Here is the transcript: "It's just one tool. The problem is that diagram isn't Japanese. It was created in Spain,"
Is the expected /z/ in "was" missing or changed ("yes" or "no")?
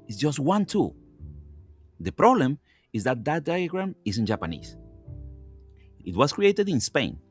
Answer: yes